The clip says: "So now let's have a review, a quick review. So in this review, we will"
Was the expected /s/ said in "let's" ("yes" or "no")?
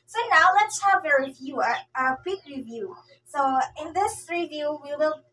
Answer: yes